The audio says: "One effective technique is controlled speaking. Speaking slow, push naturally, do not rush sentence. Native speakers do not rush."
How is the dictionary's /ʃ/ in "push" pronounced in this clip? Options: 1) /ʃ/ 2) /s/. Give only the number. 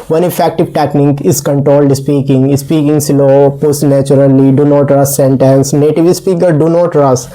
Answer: 2